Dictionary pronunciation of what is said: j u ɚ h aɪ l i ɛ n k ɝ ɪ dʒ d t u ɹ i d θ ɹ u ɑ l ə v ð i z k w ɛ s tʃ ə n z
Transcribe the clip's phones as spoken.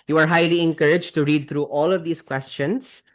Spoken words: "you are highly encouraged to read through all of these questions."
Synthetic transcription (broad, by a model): j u ɚ h aɪ l i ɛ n k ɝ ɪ dʒ t u ɹ i d t ɹ u ɑ l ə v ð i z k w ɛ s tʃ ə n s